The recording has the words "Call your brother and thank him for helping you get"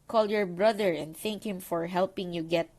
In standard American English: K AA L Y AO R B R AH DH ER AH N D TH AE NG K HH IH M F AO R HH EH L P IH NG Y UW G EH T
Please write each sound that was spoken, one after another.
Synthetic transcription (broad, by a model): K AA L Y AO R B R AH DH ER AH N D TH AE NG K HH IH M F AO R HH EH L P IH NG Y UW G EH T